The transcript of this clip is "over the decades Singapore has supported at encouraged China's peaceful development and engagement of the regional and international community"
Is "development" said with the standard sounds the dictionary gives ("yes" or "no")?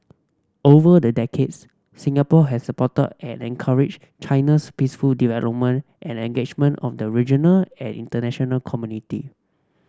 yes